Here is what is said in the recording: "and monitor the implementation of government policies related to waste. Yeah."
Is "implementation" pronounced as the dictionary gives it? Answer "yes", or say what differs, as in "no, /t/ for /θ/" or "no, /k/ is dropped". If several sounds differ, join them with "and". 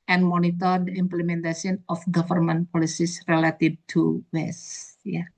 no, /s/ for /ʃ/